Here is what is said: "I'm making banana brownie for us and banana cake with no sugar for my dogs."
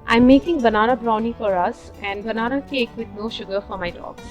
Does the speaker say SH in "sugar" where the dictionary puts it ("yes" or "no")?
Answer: yes